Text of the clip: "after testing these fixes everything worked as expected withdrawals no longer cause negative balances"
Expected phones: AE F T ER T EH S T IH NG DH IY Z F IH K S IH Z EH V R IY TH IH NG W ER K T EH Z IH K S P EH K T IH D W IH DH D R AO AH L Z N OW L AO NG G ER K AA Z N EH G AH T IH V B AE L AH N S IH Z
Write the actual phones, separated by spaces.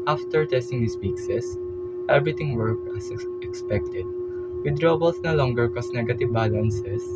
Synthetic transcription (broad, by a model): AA F T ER T EH S T IH NG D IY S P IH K S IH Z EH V R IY T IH NG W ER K AH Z IH K S P EH K T IH D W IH D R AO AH L S N OW L AO NG G ER K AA S N EH G AH T IH V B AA L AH N S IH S